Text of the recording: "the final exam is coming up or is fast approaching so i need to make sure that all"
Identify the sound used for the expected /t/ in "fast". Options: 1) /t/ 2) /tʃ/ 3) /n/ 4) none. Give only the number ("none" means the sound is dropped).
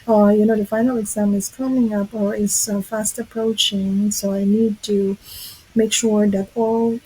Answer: 1